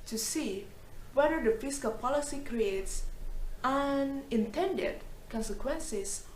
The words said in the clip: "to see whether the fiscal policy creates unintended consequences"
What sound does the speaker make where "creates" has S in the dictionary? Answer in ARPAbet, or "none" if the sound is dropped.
S